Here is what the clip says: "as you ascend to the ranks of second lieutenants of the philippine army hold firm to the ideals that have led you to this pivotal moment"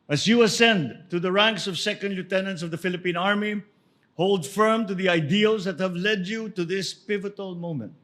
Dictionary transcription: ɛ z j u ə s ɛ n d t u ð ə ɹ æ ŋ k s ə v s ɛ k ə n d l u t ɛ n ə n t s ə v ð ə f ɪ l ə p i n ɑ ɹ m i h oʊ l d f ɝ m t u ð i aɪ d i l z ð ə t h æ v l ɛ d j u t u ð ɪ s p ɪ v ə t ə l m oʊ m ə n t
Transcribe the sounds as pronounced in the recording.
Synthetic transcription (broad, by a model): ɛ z j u ə s ɛ n d t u ð ə ɹ æ ŋ k s ə v s ɛ k ə n d l u t ɛ n ə n t s ə v ð ə f ɪ l ə p i n ɑ ɹ m i h oʊ l d f ɝ m t u ð i aɪ d i l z ð ə t h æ v l ɛ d j u t u ð ɪ s p ɪ v ə t ə l m oʊ m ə n t